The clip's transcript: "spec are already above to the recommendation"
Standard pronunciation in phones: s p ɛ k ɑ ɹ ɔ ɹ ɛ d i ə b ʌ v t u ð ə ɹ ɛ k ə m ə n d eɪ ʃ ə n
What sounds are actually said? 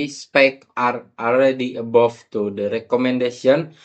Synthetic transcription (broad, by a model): s p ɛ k ɑ ɹ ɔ l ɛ d i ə b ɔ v t u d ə ɹ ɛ k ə m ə n d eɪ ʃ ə n